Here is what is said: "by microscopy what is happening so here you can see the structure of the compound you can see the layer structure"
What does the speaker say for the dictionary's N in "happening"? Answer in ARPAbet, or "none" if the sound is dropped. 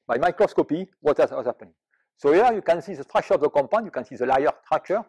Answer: none